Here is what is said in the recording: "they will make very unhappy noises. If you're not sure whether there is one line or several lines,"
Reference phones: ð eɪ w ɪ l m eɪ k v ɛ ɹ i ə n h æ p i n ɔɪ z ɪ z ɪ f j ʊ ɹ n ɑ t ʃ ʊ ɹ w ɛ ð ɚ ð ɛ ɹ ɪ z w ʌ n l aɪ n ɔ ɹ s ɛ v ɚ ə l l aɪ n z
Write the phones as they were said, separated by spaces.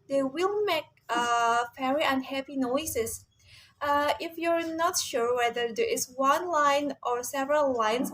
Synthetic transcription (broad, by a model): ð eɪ w ɪ l m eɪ k f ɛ ɹ i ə n h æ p i n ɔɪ s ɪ s ɪ f j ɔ ɹ n ɑ t ʃ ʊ ɹ w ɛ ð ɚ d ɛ ɹ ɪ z w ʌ n l aɪ n ɔ ɹ s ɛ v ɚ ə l l aɪ n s